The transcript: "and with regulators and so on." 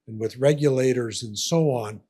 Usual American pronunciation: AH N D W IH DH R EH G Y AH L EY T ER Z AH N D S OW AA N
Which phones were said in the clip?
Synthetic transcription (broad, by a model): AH N W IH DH R EH G Y AH L EY T ER Z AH N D S OW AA N